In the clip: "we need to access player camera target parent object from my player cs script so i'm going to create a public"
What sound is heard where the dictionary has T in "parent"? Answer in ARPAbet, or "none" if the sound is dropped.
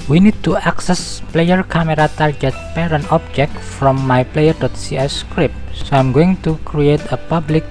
none